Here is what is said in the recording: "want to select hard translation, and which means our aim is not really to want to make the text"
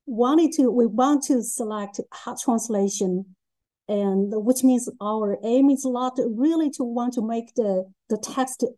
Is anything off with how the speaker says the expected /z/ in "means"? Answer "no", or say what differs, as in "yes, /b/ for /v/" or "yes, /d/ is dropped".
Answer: no